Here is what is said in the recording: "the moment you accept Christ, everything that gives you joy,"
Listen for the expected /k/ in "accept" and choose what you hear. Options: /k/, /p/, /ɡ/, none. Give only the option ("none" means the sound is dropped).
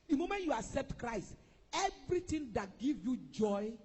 none